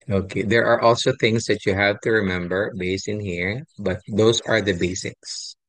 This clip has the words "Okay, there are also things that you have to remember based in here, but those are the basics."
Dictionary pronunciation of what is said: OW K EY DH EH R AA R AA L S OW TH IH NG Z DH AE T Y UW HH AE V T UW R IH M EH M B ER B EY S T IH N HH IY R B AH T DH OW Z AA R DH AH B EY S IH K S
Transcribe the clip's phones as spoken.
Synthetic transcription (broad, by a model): OW K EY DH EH R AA R AA L S OW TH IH NG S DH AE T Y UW HH AE V T UW R IH M EH M B ER B EY S T IH N HH IY R B AH T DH OW S AA R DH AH B EY S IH K S